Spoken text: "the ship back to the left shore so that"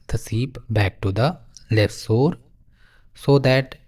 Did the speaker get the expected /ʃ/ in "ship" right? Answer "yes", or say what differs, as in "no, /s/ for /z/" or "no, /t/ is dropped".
no, /s/ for /ʃ/